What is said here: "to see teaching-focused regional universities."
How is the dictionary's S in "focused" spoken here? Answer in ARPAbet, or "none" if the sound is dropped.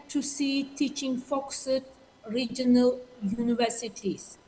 none